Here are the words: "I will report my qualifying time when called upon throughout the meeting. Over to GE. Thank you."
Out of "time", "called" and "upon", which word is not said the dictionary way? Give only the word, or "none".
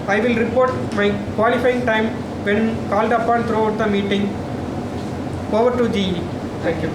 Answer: none